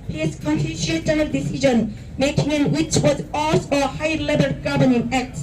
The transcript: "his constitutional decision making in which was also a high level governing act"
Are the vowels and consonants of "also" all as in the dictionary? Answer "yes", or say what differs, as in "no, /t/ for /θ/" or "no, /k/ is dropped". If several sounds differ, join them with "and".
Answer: no, /l/ is dropped